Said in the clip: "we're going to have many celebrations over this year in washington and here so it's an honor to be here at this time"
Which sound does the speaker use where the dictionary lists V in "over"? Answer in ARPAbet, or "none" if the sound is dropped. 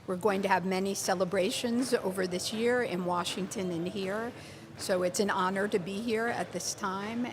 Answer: V